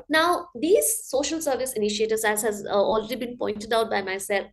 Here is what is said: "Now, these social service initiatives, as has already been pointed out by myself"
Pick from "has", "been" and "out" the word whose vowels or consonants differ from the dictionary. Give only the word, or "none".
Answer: none